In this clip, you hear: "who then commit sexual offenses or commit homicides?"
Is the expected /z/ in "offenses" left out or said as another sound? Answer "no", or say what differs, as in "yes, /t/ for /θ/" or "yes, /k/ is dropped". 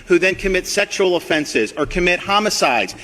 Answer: no